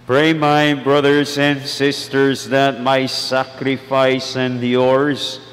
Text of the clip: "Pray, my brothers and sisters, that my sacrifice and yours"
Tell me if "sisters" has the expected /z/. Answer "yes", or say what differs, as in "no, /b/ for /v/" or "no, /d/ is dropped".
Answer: yes